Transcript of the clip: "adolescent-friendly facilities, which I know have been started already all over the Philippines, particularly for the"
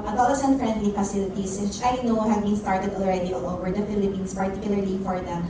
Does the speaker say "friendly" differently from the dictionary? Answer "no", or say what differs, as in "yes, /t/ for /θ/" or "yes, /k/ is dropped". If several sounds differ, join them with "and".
no